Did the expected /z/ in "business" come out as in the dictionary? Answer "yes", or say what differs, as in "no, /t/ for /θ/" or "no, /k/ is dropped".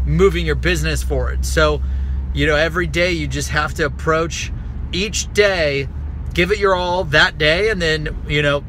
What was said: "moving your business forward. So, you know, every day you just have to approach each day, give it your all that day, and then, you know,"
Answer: yes